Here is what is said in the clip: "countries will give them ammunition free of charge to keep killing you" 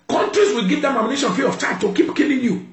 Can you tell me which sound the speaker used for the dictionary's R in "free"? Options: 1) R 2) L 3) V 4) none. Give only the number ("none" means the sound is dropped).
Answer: 4